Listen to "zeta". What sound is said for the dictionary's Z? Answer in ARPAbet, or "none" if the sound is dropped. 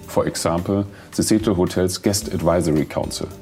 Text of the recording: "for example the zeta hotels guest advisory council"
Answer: S